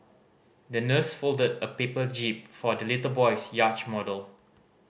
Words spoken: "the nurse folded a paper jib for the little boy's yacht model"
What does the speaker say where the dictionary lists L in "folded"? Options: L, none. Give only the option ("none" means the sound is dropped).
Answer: L